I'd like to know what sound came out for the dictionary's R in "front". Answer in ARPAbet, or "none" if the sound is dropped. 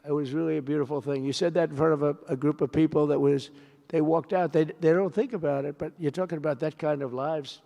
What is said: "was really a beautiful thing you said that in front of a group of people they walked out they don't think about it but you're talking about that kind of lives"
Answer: none